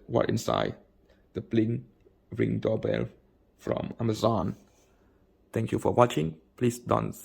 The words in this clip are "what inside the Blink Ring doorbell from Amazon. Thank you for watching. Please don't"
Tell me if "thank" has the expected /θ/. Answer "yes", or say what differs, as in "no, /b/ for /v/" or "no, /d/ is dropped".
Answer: no, /t/ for /θ/